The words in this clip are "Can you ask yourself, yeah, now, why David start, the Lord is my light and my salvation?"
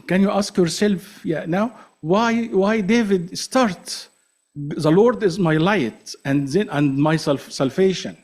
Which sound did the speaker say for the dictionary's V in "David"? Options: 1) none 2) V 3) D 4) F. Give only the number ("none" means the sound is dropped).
2